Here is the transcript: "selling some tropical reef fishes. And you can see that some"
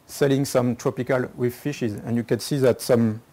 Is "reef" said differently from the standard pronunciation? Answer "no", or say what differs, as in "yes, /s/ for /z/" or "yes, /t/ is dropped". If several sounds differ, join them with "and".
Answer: yes, /w/ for /ɹ/